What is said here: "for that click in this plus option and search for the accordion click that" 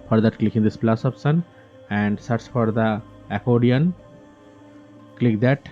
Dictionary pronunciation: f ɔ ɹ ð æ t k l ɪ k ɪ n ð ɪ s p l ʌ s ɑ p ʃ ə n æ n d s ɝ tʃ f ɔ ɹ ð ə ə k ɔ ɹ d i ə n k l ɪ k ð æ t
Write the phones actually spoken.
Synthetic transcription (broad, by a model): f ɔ ɹ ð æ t k l ɪ k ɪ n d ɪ s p l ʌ s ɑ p s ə n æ n d s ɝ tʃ f ɔ ɹ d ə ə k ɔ d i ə n k l ɪ k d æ t